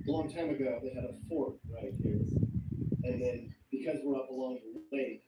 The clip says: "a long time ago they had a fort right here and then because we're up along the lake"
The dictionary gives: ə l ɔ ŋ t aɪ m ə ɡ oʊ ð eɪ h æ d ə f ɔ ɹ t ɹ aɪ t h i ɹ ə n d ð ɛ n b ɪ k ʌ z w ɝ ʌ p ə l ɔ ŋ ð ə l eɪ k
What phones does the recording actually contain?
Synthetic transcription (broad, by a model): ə l ɔ ŋ t aɪ m ə ɡ oʊ ð eɪ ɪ d ə f ɔ ɹ t ɹ aɪ t h i ɹ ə n ð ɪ n b ɪ k ʌ z w ɝ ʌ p ə l ɔ ŋ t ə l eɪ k